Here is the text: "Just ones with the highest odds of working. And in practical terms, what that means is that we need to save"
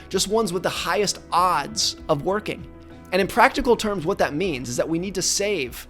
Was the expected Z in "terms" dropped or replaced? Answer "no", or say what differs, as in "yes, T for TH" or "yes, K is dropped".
no